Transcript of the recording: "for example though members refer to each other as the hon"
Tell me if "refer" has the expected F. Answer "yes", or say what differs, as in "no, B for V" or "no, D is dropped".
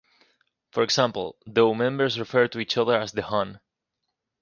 yes